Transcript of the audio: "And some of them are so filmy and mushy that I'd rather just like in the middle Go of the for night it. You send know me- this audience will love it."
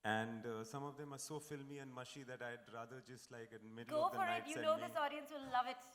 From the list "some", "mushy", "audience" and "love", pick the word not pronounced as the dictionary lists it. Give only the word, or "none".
none